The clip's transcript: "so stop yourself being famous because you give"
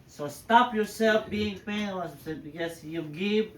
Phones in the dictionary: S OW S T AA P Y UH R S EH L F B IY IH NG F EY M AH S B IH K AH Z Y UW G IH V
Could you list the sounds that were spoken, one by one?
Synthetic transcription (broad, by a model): S OW S T AA P Y UH R S EH L F B IY IH NG P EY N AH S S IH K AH S Y UW G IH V